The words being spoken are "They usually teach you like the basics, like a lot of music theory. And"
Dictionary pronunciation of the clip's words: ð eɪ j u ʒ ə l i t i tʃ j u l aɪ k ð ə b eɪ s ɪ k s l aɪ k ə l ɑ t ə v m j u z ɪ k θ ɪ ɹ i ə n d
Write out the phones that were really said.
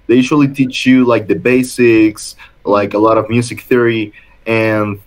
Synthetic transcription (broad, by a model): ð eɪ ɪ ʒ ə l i t i tʃ j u l aɪ k ð ə b eɪ s ɪ k s l aɪ k ə l ɑ t ə v m j u z ɪ k θ ɪ ɹ i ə n